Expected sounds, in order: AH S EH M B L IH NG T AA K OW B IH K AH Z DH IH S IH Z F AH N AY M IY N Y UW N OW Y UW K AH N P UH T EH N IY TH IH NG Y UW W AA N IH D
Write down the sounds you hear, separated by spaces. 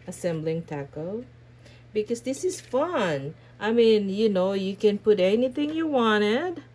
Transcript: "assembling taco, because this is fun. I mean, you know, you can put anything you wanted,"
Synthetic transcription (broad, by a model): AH S EH M B L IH NG T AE K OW B IH K AH Z DH IH S IH Z F AH N AY M IY N Y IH N OW Y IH K AH N P UH T EH N IY TH IH NG Y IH W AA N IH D